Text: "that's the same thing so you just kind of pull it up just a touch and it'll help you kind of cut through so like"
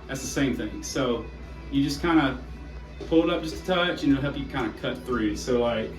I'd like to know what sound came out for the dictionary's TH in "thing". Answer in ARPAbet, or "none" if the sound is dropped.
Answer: TH